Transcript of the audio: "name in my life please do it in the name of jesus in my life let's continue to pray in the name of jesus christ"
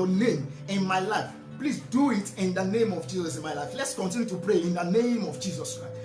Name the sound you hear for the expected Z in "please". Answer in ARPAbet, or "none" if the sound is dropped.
S